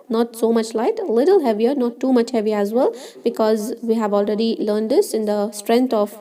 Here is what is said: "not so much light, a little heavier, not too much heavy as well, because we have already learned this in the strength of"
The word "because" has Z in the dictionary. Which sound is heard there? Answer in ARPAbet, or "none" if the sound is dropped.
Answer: Z